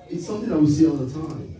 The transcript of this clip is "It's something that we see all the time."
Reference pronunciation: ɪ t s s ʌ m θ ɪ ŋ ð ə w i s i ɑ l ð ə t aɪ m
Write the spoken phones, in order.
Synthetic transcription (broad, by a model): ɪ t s s ʌ m θ ɪ ŋ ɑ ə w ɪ s i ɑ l ð ə t aɪ m